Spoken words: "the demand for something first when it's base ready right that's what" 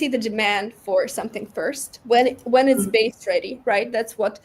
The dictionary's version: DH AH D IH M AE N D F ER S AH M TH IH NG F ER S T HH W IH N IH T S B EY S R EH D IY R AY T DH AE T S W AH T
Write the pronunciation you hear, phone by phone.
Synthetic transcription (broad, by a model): DH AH D IH M AE N D F ER S AH M TH IH NG F ER S T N W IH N IH T S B EY S R EH D IY R AY T DH AE T S W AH T